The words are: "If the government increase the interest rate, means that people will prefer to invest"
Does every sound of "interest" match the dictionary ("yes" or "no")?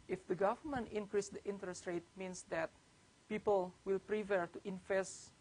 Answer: yes